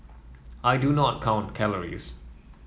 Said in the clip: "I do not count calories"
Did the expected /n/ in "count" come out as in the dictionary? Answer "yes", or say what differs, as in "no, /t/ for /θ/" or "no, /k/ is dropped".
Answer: yes